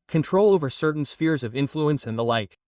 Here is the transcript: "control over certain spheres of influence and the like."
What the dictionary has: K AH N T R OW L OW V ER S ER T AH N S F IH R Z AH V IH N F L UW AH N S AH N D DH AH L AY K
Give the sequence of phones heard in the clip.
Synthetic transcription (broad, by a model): K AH N T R OW L OW V ER S ER T N S F IH R Z AH V IH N F L UW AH N S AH N DH AH L AY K